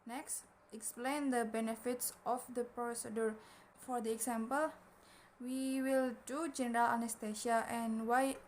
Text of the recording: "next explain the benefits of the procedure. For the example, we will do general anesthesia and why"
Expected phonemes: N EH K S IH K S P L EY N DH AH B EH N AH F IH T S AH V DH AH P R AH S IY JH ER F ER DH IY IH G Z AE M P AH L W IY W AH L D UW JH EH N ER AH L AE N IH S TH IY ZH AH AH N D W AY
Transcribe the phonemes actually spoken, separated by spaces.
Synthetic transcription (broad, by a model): N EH K S IH K S P L EY N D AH B EH N AH F IH T S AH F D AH P R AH S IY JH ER F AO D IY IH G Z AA M P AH L W IY W AH L D UW JH EH N ER AH L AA N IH S T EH SH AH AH N W AY